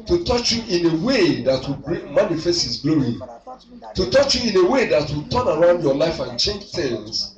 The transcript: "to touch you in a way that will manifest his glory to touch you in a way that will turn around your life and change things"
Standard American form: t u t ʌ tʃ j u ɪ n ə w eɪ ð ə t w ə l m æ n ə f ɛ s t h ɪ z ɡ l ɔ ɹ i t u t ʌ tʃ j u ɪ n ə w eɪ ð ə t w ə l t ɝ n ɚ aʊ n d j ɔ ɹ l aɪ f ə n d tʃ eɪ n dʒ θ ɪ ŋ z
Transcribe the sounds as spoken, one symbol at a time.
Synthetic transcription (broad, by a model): t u t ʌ tʃ j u ɪ n ə w eɪ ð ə t w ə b m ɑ n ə f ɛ s t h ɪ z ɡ l ɔ i t u t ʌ tʃ j u ɪ n ə w eɪ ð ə t w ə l t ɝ n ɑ aʊ n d j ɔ l aɪ f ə n tʃ eɪ n dʒ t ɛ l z